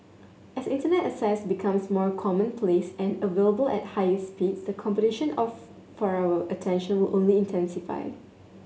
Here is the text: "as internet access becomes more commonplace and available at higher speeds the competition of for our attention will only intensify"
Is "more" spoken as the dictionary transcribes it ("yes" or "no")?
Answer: yes